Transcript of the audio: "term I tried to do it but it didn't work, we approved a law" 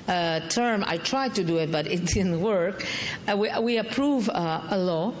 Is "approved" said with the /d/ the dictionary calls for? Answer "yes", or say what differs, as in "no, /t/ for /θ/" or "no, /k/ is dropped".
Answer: no, /d/ is dropped